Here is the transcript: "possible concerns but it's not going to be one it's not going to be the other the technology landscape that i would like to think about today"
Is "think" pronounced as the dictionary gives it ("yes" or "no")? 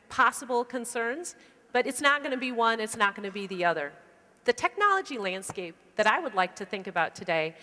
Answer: yes